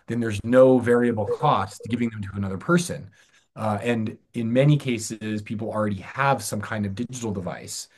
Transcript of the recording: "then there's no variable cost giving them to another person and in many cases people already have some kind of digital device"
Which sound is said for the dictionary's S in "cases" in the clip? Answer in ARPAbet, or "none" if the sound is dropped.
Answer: S